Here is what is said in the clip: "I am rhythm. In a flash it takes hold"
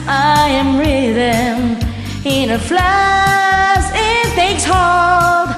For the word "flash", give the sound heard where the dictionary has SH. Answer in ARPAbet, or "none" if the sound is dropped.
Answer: S